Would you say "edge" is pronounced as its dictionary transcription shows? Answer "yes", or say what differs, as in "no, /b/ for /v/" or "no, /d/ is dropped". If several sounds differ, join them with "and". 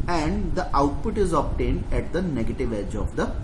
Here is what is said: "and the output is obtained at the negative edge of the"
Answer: yes